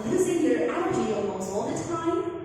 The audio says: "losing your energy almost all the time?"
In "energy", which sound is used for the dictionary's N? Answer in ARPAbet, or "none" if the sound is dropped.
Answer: none